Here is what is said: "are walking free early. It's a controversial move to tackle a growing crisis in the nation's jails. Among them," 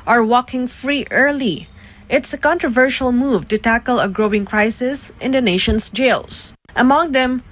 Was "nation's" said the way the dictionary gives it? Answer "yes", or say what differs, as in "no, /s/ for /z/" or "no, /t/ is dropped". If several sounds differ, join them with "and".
no, /s/ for /z/